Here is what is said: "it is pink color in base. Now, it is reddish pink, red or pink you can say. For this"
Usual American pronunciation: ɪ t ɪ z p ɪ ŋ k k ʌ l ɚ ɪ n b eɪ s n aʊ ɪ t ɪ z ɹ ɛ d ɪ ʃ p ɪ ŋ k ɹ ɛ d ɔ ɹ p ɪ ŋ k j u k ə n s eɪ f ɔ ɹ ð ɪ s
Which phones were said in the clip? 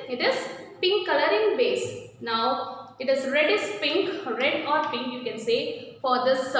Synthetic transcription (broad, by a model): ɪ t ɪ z p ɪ ŋ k k ʌ l ɚ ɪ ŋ b eɪ s n aʊ ɪ t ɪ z ɹ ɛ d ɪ s p ɪ ŋ k ɹ ɛ d ɔ ɹ p ɪ ŋ k j u k ə n s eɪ f ɔ ɹ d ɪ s